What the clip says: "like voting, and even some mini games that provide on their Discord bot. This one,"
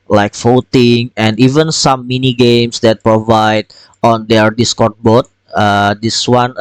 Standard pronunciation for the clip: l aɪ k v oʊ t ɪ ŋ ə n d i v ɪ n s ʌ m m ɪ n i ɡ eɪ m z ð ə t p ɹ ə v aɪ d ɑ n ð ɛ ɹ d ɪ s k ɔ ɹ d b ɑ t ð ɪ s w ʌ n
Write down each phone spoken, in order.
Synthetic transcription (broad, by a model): l aɪ k f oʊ t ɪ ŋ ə n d i v ɪ n s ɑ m m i n i ɡ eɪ m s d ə t p ɹ ə v aɪ d ɑ n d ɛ ɹ d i s k ɔ ɹ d b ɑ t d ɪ s w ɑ n